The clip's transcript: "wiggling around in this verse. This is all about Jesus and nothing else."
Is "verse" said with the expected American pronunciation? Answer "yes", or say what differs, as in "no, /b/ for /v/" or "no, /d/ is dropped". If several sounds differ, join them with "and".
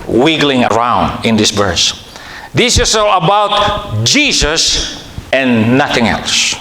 no, /b/ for /v/